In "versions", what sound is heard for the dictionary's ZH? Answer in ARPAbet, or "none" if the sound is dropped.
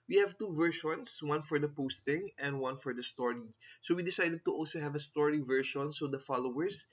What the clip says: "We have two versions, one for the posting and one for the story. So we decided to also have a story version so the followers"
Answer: SH